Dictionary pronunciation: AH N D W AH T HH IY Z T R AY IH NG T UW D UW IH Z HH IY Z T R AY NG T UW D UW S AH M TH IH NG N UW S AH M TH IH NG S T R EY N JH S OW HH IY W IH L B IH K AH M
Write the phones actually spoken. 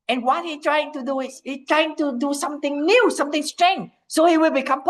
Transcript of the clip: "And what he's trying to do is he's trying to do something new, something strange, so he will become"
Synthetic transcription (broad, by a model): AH N W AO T HH IY T R AY IH NG T UW D UW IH S HH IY T R AY NG T UW D UW S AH M T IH NG N UW S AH M T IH NG S T R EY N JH S OW HH IY W IH L B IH K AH M